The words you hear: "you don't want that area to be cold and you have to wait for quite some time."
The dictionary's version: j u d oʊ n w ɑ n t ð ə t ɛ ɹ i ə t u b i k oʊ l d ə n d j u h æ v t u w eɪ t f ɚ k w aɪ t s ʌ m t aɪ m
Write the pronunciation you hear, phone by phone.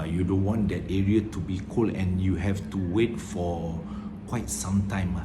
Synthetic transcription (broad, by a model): j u d oʊ n w ɑ n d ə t ɛ ɹ i ə t u b i k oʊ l ə n j u h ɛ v t u w eɪ t f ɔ k w aɪ t s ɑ m t aɪ m